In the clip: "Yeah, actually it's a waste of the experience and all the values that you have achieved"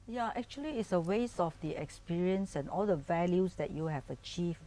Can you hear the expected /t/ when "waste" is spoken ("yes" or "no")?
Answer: no